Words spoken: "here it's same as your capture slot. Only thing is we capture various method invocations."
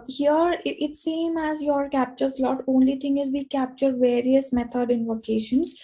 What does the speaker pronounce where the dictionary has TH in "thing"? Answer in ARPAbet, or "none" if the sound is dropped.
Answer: T